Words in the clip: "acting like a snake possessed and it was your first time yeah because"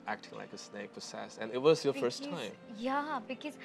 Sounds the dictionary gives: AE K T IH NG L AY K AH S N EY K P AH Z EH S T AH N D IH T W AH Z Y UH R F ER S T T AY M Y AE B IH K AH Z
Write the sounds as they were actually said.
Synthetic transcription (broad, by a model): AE K T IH NG L AY K AH S N EY K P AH S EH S AH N IH T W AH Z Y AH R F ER S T T AY M Y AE B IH K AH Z